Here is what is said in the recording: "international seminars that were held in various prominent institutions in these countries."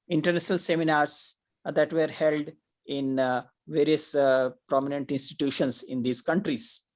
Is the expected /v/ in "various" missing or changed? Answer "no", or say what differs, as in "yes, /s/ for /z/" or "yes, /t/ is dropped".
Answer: no